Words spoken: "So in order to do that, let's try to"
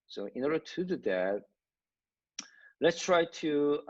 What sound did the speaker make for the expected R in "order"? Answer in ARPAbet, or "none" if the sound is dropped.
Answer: R